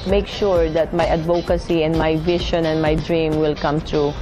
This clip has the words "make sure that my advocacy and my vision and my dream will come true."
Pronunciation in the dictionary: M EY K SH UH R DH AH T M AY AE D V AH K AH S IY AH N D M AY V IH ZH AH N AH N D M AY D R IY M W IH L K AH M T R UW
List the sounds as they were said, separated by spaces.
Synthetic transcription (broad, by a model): M EY K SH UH R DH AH T M AY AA D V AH K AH S IY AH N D M AY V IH SH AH N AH N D M AY D R IY M W IH L K AH M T R UW